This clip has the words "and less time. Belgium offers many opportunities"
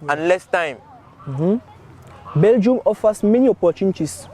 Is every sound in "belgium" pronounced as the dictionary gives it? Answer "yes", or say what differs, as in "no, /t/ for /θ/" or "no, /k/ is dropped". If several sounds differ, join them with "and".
yes